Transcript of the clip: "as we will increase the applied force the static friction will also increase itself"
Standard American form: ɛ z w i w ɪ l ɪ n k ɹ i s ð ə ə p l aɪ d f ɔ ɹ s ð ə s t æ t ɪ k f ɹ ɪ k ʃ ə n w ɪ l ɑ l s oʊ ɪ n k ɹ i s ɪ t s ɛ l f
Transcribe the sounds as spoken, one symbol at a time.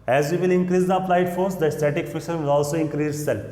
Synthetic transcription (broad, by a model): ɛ z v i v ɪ l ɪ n k ɹ i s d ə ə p l aɪ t f ɔ ɹ s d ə s t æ t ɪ k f ɪ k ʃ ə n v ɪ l ɑ l s oʊ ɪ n k ɹ i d s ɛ l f